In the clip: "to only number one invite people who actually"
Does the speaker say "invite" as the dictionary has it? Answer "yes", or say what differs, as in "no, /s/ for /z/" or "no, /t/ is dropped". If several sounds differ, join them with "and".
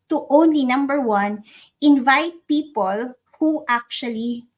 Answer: yes